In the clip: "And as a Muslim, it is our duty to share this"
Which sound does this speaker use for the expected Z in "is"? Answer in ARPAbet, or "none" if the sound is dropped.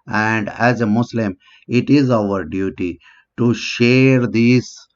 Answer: Z